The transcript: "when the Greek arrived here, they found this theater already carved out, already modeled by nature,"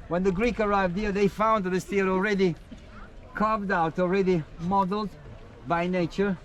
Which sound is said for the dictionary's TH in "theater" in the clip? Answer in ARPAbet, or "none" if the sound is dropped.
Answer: T